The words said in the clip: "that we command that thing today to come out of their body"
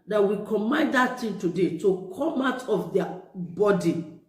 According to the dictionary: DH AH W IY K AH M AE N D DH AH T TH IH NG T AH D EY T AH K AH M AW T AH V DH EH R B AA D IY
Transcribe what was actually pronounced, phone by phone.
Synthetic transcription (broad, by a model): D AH W IY K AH M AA N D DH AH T T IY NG T AH D EY T AH K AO M AW T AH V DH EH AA B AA D IY